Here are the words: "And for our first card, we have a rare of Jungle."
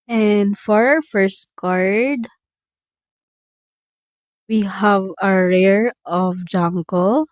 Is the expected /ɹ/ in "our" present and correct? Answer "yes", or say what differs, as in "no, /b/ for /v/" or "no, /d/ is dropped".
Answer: yes